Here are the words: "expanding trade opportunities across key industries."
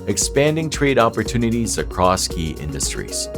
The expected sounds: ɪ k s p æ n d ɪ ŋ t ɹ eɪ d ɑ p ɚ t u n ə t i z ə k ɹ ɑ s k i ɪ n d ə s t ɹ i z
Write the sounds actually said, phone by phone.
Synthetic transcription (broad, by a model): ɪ k s p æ n d ɪ ŋ t ɹ eɪ d ɑ p ɚ t u n ə t i z ə k ɹ ɑ s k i ɪ n d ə s t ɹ i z